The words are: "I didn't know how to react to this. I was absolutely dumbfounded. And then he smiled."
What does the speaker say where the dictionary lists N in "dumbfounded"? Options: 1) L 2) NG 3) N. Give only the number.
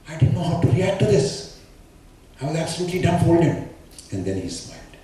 1